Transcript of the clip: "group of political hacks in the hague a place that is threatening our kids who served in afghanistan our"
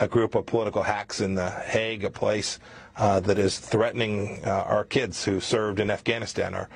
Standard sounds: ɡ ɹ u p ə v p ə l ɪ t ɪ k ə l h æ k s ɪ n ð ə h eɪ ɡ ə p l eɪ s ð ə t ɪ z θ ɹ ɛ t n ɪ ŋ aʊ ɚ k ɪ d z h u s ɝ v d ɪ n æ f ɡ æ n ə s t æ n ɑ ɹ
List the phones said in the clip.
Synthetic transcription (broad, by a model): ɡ ɹ u p ə v p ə l ɪ t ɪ k l h æ k s ɪ n ð ə h eɪ ɡ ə p l eɪ s ð ə t ɪ z θ ɹ ɛ t n ɪ ŋ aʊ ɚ k ɪ d z h u s ɝ v d ɪ n æ f ɡ æ n ə s t æ n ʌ ɹ